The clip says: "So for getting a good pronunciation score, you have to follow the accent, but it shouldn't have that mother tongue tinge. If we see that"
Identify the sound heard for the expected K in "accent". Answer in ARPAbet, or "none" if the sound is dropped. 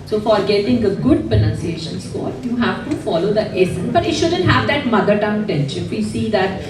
none